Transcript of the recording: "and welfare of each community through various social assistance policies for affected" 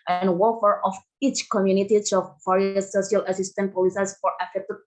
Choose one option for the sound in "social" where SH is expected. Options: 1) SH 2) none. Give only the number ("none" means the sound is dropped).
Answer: 2